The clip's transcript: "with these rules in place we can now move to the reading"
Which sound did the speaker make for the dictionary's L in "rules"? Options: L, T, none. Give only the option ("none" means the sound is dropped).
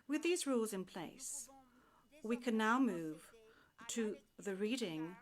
L